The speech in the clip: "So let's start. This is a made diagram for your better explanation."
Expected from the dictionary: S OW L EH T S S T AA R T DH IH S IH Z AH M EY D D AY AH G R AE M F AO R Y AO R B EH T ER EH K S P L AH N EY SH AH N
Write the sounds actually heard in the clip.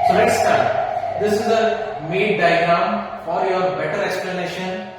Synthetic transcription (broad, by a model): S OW N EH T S S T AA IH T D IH S IH Z AH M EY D D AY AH G R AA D F AO R Y AO R B EH T ER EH K S P L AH N EY SH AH N